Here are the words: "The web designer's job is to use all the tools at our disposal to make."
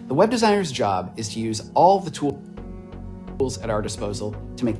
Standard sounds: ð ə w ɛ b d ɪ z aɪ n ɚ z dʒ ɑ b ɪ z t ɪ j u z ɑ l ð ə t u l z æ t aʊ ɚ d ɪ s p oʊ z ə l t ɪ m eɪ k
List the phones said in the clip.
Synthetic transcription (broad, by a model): ð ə w ɛ b d ɪ z aɪ n ɚ z dʒ ɑ b ɪ z t ɪ j u z ɑ l ð ə t u l z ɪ t aʊ ɚ d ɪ s p oʊ z l t ɪ m eɪ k